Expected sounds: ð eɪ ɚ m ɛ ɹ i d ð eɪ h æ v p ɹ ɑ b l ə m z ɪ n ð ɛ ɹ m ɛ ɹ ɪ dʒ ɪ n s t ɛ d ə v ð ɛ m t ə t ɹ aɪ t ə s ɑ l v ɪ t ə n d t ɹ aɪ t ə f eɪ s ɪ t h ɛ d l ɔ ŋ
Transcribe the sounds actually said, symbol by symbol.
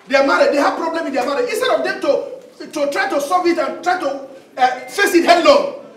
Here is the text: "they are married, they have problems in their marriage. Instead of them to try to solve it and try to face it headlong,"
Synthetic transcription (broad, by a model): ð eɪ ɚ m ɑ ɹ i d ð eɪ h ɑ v p ɹ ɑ b l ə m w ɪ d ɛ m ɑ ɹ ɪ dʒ ɪ n s t ɛ d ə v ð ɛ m t ə t ɹ aɪ t ə s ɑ v ɪ t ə n t ɹ aɪ t ə f eɪ s ɪ t h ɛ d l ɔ